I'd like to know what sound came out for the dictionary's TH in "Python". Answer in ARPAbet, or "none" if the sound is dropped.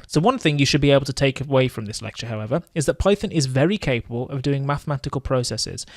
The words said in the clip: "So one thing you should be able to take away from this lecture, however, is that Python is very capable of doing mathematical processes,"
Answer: TH